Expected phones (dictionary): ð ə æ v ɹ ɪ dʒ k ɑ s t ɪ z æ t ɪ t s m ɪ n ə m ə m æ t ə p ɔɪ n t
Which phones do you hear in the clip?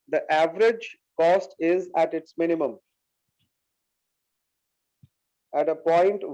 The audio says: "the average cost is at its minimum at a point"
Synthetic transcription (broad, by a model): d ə æ v ɹ ɪ dʒ k ɑ s t ɪ z æ t ɪ t s m ɪ n ə m ə m æ t ə p ɔɪ n t